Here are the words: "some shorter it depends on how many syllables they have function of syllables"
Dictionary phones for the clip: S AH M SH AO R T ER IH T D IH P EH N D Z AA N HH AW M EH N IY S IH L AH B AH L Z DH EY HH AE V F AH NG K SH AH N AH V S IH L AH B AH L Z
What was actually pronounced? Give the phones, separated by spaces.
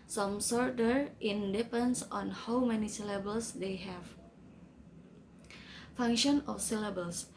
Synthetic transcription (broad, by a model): S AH M S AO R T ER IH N D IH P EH N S AA N HH AW M EH N IY S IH L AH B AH L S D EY HH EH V F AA NG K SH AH N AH F S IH L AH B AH L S